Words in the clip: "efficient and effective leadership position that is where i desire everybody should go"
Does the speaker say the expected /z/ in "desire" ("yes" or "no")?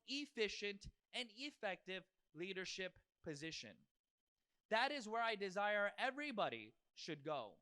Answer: yes